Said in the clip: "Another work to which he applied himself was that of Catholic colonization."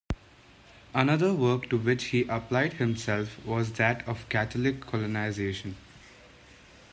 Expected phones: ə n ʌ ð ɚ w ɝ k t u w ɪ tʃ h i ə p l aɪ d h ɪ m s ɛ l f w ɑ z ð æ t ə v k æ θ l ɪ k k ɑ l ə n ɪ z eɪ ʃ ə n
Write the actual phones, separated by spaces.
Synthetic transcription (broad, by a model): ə n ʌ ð ɚ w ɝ k t u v ɪ tʃ h i ə p l aɪ d h ɪ m s ɛ l f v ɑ z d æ t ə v k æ t l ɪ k k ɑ l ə n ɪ z eɪ ʃ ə n